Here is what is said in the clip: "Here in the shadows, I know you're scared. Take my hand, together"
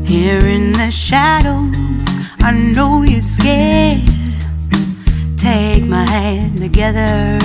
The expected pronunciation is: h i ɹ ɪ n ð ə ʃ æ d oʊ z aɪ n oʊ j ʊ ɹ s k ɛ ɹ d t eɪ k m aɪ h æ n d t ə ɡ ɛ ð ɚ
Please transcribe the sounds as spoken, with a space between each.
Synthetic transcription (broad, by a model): h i ɹ ɪ n ð ə ʃ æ d oʊ aɪ n oʊ j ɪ s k ɛ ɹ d t eɪ k m aɪ h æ n t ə ɡ ɛ ð ɚ